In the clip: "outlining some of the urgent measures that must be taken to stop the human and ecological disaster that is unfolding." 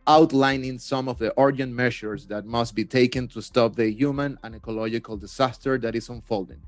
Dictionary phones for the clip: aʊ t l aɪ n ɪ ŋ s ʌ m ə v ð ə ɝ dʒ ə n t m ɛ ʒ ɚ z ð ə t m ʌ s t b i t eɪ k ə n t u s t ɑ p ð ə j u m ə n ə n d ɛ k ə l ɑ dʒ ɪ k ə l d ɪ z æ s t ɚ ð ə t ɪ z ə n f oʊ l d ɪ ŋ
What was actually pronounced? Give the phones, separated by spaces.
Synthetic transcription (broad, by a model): aʊ t l aɪ n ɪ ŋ s ʌ m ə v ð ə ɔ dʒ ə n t m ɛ ʃ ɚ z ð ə t m ʌ s t b i t eɪ k ə n t u s t ɑ p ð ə j u m ə n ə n ɛ k ə l ɑ dʒ ɪ k ə l d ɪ s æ s t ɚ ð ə t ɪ s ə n f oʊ l d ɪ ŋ